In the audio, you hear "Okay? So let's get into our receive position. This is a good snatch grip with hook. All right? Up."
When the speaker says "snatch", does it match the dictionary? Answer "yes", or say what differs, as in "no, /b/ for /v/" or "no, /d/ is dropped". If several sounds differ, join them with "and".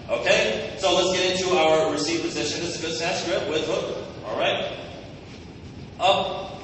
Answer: no, /n/ is dropped